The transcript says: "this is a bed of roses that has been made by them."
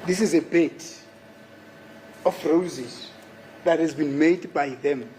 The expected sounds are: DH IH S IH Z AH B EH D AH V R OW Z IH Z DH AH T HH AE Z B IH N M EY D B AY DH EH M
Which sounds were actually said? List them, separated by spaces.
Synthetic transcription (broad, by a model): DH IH S IH Z AH B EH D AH F R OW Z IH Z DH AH T HH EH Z B IH N M EY D B AY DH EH M